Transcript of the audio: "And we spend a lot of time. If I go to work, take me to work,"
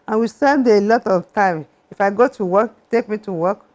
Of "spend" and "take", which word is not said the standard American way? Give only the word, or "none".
spend